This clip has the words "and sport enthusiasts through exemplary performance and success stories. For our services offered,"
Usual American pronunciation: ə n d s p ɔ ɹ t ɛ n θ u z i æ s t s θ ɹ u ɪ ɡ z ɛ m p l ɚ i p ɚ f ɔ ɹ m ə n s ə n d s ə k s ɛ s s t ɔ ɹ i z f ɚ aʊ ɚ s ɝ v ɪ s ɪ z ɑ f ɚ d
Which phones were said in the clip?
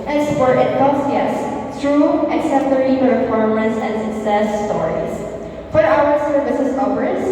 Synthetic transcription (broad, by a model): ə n s p ɔ ɹ t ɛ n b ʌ s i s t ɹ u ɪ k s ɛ p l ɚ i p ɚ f ɔ ɹ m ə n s ə n d s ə k s ɛ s s t ɔ ɹ i z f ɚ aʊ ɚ s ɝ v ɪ s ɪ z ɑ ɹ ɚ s